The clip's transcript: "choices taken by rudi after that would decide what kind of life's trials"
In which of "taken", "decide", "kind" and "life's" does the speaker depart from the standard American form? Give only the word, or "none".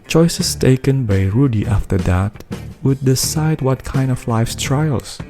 none